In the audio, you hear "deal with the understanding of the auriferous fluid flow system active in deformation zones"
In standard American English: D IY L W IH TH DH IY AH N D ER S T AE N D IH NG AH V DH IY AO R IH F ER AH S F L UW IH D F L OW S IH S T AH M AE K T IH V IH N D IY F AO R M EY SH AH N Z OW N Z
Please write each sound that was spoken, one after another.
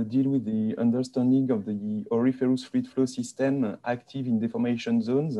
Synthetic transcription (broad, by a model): D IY L W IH DH IY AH N D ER S T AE N D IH NG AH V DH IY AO R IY F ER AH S F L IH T F L OW S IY S T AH M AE K T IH V IH N D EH F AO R M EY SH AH N Z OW N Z